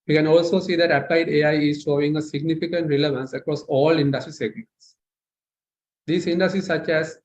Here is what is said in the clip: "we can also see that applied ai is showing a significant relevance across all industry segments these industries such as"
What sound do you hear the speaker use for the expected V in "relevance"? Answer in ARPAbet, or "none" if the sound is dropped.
V